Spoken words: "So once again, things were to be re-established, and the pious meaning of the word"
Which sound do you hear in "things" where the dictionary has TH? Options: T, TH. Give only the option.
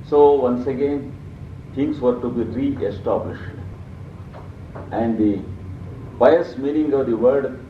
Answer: T